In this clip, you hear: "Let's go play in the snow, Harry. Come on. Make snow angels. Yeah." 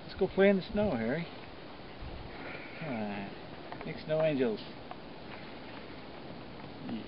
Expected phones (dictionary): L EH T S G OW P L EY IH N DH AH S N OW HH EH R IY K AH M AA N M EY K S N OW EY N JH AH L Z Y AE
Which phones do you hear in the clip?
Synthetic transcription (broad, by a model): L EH T S G OW P L EY IH N DH AH S N OW HH EH R IY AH AA M EY K S N OW EY N JH AH L Z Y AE